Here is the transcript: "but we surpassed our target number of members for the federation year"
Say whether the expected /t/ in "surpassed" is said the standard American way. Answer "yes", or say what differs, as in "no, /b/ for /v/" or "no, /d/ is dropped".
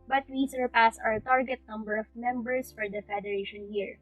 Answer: no, /t/ is dropped